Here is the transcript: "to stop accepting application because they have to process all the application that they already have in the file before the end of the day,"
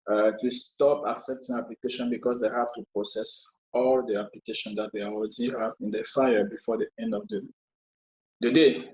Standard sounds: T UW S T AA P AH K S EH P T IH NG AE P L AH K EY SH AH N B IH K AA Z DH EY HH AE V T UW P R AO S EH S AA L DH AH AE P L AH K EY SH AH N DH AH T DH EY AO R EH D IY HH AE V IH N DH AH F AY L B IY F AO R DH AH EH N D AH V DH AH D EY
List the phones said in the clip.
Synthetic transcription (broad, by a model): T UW S T AA P AH K S EH P T IH NG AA P L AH K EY SH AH N B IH K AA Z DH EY HH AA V T UW P R AO S EH S AA L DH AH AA P L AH K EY SH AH N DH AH T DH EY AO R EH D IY HH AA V IH N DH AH F AY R B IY F AO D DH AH EH N D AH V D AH D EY